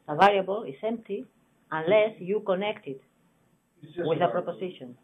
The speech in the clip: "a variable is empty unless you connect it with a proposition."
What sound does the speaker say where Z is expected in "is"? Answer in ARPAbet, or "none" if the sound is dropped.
S